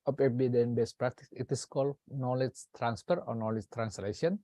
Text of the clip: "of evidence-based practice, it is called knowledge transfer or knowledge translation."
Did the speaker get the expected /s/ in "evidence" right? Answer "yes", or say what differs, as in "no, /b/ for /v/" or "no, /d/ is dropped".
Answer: no, /s/ is dropped